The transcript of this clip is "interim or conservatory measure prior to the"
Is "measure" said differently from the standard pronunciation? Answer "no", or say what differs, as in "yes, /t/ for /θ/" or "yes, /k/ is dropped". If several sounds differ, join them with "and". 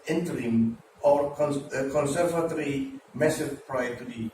yes, /s/ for /ʒ/